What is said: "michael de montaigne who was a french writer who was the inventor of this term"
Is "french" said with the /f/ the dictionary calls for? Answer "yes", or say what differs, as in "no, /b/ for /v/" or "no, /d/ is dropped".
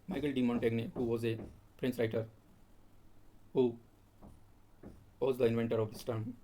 no, /p/ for /f/